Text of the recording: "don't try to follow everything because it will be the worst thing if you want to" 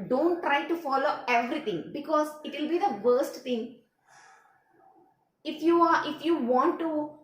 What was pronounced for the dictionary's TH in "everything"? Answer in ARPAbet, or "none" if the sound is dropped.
T